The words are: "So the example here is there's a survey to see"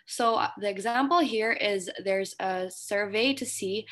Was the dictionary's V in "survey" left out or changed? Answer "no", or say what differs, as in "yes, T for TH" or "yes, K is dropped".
no